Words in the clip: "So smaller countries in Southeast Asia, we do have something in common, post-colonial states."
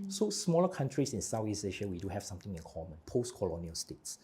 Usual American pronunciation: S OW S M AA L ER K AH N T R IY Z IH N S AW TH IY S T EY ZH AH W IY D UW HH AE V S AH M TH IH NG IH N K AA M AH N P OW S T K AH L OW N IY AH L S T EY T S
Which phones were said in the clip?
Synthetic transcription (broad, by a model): S OW S M AA L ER K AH N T R IY S IH N S AW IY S EY SH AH W IY D UW HH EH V S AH M T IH NG IH N K AA M AH N P OW S T K AH L OW N IY AH L S T EY T S